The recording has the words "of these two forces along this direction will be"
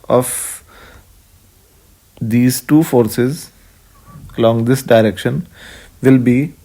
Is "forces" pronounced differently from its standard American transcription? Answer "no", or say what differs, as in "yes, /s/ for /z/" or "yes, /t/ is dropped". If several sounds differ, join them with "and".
no